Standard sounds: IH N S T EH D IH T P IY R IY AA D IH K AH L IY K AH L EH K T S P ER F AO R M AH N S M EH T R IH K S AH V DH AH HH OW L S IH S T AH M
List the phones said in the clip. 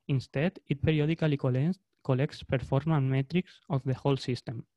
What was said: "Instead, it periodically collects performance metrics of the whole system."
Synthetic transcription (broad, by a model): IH N S T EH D IH T P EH R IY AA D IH K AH L IY K AH L EH K T S P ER F AO R M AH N M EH T R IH K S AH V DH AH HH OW L S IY S T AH M